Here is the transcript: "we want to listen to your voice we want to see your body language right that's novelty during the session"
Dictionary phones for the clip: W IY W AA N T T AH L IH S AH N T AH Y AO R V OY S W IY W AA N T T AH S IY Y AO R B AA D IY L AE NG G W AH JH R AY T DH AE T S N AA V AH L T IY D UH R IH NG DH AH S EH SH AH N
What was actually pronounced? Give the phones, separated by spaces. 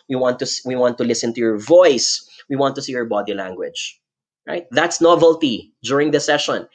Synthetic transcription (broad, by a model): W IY W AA N T T AH L IH S AH N T AH Y AO R V OY S W IY W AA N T T AH S IY Y AO R B AA D IY L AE NG G W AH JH R AY T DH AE T S N AA V AH L T IY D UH R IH NG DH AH S EH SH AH N